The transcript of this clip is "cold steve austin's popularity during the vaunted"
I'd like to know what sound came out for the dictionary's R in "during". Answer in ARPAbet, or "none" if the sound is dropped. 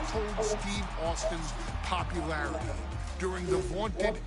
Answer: R